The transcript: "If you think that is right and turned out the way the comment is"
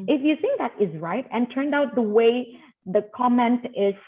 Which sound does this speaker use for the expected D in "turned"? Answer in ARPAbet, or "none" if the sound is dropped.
D